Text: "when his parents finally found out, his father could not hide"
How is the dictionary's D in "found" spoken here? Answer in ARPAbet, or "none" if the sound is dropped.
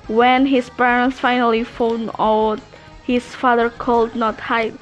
none